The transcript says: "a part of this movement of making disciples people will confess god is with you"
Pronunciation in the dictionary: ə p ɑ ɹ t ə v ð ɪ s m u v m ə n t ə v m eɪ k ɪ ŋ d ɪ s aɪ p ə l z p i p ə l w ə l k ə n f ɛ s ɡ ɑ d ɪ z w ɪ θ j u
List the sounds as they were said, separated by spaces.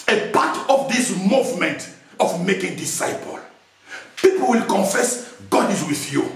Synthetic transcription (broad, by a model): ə p ɑ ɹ t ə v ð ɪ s m u v m ə n t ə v m eɪ k ɪ ŋ d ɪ s aɪ p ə l p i p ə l w ə l k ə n f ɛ s ɡ ɑ d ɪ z w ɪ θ j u